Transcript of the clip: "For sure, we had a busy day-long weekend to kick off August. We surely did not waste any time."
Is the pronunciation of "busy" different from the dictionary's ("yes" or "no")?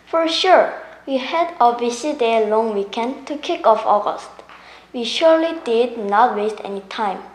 yes